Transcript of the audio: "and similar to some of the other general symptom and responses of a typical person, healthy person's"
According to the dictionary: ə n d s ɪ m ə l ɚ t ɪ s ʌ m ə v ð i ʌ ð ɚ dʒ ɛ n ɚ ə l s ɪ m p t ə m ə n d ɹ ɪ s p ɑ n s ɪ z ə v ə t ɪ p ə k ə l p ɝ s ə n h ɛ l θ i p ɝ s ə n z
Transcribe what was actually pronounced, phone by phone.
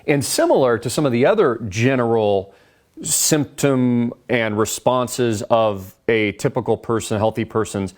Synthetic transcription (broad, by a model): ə n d s ɪ m l ɚ t ɪ s ʌ m ə v ð i ʌ ð ɚ dʒ ɛ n ɚ l s ɪ m p t ə m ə n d ɹ ɪ s p ɑ n s ɪ z ə v ə t ɪ p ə k l p ɝ s ə n h ɛ l θ i p ɝ s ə n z